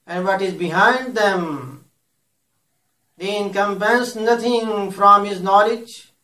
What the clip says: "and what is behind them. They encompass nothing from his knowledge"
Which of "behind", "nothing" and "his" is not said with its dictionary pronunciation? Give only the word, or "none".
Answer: nothing